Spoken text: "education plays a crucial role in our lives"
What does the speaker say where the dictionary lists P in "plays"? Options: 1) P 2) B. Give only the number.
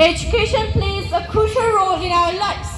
1